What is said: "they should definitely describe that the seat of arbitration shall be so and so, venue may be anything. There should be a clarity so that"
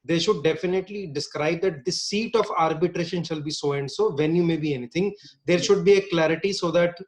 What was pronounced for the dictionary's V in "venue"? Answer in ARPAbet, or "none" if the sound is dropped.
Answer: V